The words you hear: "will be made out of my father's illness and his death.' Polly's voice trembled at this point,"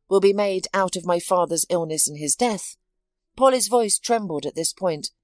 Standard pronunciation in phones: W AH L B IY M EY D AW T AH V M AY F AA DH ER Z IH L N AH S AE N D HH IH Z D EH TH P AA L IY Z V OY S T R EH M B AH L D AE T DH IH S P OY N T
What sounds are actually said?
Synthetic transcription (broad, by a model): W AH L B IY M EY D AW T AH V M AY F AA DH ER Z IH L N AH S N IH Z D EH TH P AA L IY Z V OY S T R EH M B L D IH T DH IH S P OY N T